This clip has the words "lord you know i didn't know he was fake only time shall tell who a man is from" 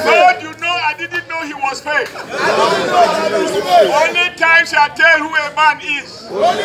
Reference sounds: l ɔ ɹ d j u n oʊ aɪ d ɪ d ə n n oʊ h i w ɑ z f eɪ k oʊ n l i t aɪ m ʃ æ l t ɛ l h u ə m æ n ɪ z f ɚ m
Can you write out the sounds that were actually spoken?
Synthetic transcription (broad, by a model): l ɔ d j u n oʊ aɪ d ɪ d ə n n oʊ h i w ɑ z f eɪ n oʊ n i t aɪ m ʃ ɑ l t ɛ l h u ə m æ n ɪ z